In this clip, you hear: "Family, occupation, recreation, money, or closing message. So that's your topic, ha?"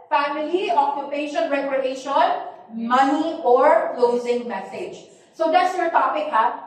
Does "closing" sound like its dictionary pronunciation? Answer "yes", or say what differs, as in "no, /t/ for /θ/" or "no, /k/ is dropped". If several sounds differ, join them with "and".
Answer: yes